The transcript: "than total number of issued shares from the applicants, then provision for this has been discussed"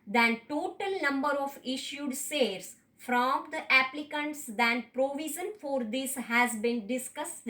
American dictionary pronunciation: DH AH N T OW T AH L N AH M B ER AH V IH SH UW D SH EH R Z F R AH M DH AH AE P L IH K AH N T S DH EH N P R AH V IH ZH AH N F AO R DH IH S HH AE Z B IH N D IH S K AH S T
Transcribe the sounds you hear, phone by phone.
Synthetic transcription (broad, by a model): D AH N T OW T AH L N AH M B ER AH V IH SH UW D S EH R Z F R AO M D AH AE P L IH K AH N T S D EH N P R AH V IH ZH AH N F AO R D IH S HH AE Z B IH N D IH S K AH S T